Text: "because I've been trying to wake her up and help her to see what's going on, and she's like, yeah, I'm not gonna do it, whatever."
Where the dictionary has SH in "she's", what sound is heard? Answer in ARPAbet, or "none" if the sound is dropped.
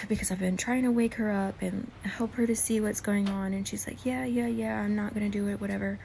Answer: SH